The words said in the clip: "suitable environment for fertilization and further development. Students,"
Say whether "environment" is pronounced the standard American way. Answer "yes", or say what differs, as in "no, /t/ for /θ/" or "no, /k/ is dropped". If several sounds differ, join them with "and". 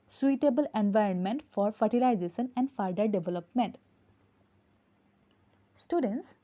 yes